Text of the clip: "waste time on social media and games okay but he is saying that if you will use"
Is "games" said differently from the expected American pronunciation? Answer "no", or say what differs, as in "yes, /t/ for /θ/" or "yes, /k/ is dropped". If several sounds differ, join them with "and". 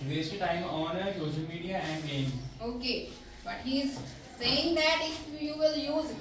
yes, /z/ is dropped